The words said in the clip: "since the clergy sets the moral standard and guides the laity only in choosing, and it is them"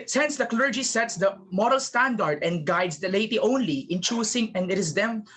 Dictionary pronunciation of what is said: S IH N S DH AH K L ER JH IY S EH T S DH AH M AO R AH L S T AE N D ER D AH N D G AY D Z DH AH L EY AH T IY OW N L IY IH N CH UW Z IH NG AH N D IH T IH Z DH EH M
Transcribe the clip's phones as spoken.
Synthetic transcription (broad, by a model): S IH N S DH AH K L ER JH IY S EH T S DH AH M AO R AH L S T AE N D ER D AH N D G AY D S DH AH L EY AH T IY OW N L IY IH N CH UW S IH NG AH N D IH T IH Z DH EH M